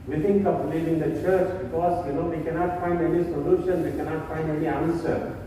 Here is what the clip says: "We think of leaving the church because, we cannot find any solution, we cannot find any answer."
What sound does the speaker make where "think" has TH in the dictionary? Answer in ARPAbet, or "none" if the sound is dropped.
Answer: T